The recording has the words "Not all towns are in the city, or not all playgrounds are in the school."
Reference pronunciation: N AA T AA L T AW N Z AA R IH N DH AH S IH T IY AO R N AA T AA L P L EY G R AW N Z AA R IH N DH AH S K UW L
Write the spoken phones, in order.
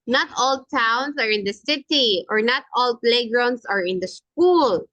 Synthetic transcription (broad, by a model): N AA T AA L T AW N S AA R IH N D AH S IH T IY AO R N AA T AA L P L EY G R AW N S AA R IH N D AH S K UW L